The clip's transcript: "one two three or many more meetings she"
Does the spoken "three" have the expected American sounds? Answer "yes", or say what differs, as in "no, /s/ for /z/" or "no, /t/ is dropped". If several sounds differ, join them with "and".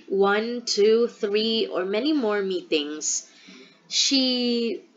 yes